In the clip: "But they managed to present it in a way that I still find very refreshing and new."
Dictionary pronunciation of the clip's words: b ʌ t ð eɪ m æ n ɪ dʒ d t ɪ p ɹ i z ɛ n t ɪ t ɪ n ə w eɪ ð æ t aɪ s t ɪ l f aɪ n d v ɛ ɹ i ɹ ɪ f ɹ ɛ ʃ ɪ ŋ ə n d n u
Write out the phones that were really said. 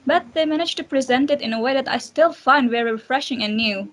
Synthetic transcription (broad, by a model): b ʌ t ð eɪ m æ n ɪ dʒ t ɪ p ɹ i z ɛ n t ɪ t ɪ n ə w eɪ ð æ t aɪ s t ɪ l f aɪ n d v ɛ ɹ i ɹ ɪ f ɹ ɛ ʃ ɪ ŋ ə n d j u